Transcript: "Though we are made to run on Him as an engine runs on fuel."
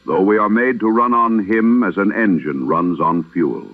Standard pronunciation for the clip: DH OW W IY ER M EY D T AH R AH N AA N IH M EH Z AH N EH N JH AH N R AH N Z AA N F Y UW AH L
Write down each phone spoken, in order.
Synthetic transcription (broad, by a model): DH OW W IY ER M EY D T AH R AH N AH N IH M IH Z AH N EH N JH AH N R AH N Z N F Y UW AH L